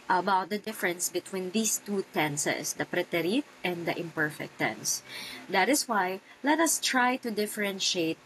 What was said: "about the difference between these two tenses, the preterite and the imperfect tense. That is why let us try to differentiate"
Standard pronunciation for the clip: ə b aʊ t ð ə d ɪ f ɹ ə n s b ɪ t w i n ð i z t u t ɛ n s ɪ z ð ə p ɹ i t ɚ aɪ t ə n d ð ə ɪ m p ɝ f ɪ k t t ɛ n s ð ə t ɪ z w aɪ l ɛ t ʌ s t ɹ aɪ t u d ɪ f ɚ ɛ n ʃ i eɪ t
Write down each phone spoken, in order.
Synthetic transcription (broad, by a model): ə b aʊ t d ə d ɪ f ɹ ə n s b ɪ t w i n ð i s t u t ɛ n s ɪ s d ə p ɹ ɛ t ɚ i t ə n d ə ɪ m p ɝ f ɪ k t t ɛ n s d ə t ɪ s w aɪ l ɛ t ʌ s t ɹ aɪ t u d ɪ f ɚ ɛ n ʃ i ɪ t